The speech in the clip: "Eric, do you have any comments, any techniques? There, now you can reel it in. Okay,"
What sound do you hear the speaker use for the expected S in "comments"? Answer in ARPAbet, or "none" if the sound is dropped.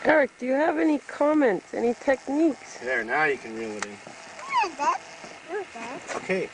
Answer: S